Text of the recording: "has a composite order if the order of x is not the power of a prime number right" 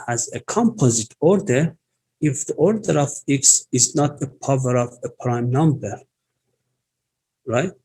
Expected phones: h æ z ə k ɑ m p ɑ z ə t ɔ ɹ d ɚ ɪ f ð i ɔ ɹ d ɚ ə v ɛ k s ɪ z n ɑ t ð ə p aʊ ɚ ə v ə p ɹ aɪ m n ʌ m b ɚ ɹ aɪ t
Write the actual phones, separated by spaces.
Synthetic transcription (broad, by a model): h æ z ə k ɑ m p ɑ z ə t ɔ ɹ d ɚ ɪ f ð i ɔ ɹ d ɚ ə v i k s ɪ z n ɑ t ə p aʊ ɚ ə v ə p ɹ aɪ m n ʌ m b ɚ ɹ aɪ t